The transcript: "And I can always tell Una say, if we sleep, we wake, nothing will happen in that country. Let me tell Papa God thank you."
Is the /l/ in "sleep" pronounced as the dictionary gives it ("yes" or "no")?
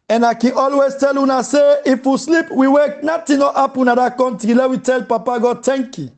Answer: yes